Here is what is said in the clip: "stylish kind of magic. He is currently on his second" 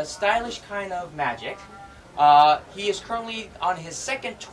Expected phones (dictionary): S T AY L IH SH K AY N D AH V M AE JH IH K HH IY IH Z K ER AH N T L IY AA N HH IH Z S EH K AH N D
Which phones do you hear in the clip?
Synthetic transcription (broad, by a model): S T AY L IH SH K AY N D AH V M AE JH IH K HH IY IH Z K ER AH N T L IY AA N IH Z S EH K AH N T